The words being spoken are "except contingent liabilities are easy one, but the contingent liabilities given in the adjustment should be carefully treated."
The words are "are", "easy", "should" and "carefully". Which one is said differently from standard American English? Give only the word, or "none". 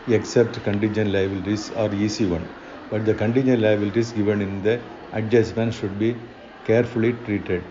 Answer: easy